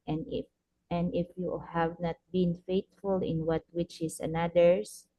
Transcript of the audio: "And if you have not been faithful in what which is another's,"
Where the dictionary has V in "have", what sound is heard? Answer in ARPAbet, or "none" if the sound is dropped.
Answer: V